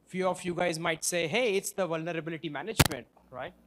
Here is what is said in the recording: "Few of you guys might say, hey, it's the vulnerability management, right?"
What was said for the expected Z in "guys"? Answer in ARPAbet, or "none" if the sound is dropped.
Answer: Z